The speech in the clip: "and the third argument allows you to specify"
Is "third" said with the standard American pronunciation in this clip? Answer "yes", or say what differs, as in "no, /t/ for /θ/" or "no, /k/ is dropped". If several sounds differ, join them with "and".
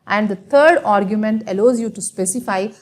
no, /t/ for /θ/